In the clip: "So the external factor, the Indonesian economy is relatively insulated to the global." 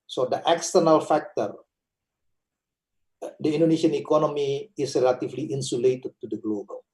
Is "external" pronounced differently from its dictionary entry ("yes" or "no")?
no